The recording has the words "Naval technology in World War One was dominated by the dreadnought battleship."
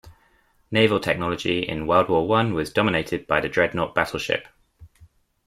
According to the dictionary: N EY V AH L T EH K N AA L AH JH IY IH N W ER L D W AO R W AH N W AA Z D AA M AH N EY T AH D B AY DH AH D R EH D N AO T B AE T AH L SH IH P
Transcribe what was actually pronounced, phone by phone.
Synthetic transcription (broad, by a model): N EY V AH L T EH K N AA L AH JH IY IH N W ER L D W AO W AH N W AA Z D AA M AH N EY T AH D B AY DH AH D R EH D N AO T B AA T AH L SH IH P